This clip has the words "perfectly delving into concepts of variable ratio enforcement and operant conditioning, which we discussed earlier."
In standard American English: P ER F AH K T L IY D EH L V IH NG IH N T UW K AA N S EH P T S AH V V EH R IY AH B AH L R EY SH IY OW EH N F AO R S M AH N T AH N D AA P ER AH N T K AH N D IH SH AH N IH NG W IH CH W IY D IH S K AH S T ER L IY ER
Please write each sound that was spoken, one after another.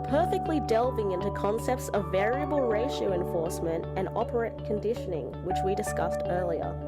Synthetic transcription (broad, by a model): P ER F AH K T L IY D EH L V IH NG IH N T UW K AA N S EH P T S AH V V EH R IY AH B AH L R EY SH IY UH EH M F AO R S M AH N T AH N AA P ER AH T K AH N D IH SH AH N IH NG W IH CH W IY D IH S K AH S T ER L IY ER